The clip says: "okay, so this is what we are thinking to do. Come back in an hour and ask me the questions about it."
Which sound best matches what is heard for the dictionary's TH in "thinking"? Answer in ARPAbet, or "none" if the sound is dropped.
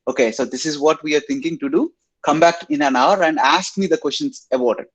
T